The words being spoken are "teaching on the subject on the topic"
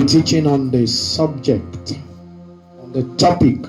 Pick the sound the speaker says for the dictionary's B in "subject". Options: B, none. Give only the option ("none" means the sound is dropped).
B